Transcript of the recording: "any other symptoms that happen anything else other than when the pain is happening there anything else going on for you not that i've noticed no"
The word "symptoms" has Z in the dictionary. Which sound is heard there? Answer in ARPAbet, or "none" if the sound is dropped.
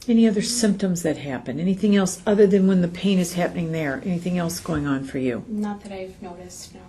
Z